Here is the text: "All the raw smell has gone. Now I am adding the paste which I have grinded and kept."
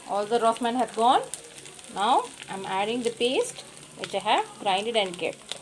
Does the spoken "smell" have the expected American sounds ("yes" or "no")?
no